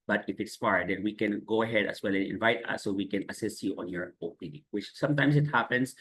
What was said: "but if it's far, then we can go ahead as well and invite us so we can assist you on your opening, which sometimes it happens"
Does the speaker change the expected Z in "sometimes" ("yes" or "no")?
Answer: yes